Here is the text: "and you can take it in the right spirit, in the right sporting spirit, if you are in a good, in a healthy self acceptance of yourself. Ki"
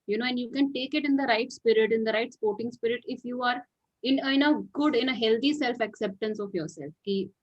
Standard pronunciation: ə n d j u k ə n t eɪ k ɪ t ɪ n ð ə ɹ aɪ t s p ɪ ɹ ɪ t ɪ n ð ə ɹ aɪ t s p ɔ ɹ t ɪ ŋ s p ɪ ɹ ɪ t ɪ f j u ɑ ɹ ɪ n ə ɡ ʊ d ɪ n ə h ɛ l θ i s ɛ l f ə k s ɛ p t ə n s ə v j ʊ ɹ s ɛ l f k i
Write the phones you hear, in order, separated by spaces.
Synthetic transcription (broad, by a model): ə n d j u k ə n t eɪ k ɪ t ɪ n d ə ɹ aɪ t s p ɪ ɹ ɪ t ɪ n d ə ɹ aɪ t s p ɔ ɹ t ɪ ŋ s p ɪ ɹ ɪ t ɪ f j u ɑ ɹ ɪ n ə ɡ ʊ d ɪ n ə h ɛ l t i s ɛ l f ə k s ɛ p t ə n s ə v j ʊ ɹ s ɛ l f k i